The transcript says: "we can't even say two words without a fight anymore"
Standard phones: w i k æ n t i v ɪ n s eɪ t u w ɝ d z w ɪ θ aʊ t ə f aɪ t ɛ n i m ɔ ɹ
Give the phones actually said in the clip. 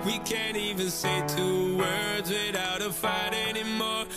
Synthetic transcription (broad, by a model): w i k æ n t i v ɪ n s eɪ t u w ɝ d z w ɪ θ aʊ t ə f aɪ t ɛ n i m ɔ ɹ